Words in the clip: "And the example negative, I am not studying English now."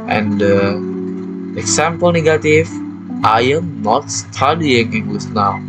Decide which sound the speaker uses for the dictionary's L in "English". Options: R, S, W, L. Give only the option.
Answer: W